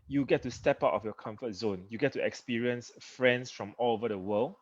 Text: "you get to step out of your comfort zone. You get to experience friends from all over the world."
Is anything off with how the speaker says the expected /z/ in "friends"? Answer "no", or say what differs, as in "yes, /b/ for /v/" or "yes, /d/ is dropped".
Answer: yes, /s/ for /z/